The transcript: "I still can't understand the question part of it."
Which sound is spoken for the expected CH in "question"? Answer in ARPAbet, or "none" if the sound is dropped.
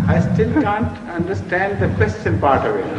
S